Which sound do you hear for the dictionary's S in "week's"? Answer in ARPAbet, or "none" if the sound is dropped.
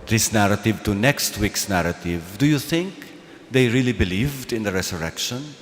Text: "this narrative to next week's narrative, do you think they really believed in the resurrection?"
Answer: S